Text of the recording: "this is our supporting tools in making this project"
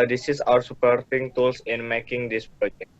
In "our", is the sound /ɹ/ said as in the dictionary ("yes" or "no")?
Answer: yes